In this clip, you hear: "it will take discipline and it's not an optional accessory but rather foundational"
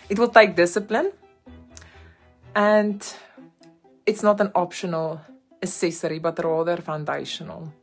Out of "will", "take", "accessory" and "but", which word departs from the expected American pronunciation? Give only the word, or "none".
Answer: accessory